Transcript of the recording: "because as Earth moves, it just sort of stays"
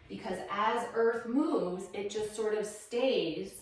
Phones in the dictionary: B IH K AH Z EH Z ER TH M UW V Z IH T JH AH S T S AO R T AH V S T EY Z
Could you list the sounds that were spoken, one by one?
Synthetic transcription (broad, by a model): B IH K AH Z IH Z ER TH M UW V Z IH T JH AH S T S AO R T AH V S T EY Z